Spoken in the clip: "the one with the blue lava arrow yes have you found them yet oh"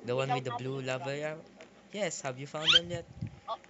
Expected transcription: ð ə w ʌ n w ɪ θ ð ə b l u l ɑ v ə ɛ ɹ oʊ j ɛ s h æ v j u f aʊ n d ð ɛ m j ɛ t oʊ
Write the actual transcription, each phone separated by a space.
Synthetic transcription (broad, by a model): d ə w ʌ n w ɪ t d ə b l u l ɑ v ə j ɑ j ɛ s h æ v j u f aʊ n d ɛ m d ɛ t